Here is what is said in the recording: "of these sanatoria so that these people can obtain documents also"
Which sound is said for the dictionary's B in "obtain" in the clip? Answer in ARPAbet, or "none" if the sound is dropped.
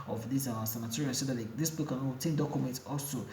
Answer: none